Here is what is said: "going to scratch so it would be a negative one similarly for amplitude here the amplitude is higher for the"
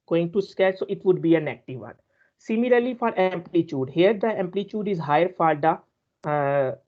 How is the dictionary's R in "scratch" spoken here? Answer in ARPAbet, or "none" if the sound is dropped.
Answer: none